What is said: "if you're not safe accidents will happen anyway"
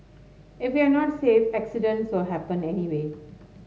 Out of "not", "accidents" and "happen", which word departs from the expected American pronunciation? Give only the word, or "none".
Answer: none